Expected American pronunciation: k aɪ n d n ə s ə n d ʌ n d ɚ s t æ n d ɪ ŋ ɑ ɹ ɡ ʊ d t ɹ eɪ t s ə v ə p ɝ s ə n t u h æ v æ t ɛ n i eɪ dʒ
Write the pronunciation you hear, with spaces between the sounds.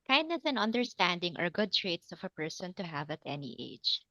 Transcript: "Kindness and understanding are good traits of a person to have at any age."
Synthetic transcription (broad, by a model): k aɪ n d n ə s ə n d ʌ n d ɚ s t æ n d ɪ ŋ ɑ ɹ ɡ ʊ d t ɹ eɪ t s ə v ə p ɝ s ə n t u h æ v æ t ɛ n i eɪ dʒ